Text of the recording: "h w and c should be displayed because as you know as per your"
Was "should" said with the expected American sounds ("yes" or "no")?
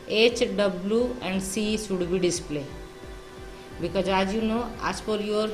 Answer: no